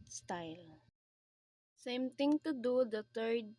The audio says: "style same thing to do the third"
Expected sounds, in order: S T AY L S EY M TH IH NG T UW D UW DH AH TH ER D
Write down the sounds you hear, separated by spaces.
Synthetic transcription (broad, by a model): S T AY L S EY M T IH NG T UW D UW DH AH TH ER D